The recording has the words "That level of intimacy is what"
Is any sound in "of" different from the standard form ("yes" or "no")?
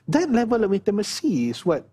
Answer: yes